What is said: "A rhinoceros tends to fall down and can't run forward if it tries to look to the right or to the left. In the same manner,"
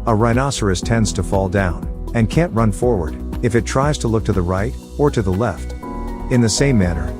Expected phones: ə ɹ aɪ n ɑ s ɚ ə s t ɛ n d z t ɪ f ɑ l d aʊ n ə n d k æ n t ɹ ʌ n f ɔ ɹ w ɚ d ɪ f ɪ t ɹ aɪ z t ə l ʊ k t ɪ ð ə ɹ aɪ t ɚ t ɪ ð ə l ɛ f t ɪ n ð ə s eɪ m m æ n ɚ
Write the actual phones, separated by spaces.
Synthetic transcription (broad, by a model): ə ɹ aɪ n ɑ s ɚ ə s t ɛ n d z t ɪ f ɑ l d aʊ n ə n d k æ n t ɹ ʌ n f ɔ ɹ w ɚ d ɪ f ɪ t ɹ aɪ z t ə l ʊ k t ɪ ð ə ɹ aɪ t ɚ t ɪ ð ə l ɛ f t ɪ n ð ə s eɪ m m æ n ɚ